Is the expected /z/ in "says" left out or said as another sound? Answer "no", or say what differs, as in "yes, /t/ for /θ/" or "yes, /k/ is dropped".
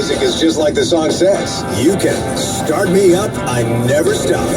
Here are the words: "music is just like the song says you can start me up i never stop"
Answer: yes, /s/ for /z/